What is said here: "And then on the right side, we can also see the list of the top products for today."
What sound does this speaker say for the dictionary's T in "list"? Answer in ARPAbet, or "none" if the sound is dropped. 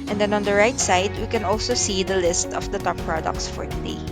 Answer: T